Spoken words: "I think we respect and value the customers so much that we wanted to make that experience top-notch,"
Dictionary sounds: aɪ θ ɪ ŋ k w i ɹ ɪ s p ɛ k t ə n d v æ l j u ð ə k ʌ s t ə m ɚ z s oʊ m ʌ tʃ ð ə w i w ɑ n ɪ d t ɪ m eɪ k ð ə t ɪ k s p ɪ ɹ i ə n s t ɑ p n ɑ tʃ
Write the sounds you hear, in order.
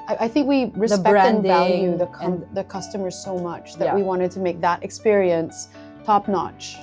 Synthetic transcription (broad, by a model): aɪ θ ɪ ŋ k w i ɹ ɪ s ɛ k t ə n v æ l j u ð ə k ʌ s t ə m ɚ z s oʊ m ʌ tʃ ð ə w i w ɑ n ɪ d t ɪ m eɪ k ð ə t ɪ k s p ɪ ɹ i ə n s t ɑ p n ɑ tʃ